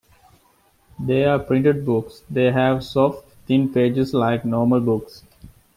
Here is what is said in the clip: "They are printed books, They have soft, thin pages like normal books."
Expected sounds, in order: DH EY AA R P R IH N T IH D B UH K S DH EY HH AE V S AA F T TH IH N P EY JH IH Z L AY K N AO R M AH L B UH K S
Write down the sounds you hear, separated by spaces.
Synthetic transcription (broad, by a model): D EY AA R P R IH N T IH D B UH K S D EY HH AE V S AA F T T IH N P EY JH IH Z L AY K N AO R M AH L B UH K S